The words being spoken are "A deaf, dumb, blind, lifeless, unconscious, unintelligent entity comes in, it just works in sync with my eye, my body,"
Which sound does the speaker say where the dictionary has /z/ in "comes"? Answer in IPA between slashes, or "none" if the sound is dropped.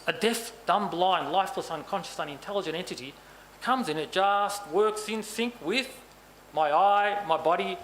/z/